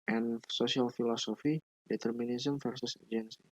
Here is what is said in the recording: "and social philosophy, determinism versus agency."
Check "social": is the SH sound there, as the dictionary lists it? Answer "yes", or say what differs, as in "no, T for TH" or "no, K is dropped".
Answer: no, S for SH